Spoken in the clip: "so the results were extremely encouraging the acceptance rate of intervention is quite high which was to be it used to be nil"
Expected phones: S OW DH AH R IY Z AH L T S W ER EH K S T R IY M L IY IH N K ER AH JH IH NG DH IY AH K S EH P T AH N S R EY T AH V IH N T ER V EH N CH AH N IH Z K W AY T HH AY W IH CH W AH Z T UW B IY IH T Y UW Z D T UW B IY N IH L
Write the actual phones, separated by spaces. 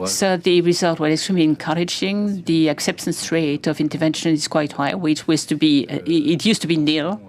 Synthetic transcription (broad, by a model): S OW DH AH R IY Z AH L T W ER EH K S T R IY M L IY IH N K ER AH JH IH NG DH IY AH K S EH P T AH N S R EY T AH V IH N T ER V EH N SH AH N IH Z K W AY T HH AY W IH CH W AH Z T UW B IY IH T Y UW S T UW B IY N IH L